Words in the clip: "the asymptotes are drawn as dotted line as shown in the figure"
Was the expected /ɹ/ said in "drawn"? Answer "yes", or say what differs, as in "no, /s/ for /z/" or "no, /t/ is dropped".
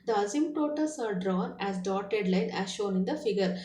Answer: yes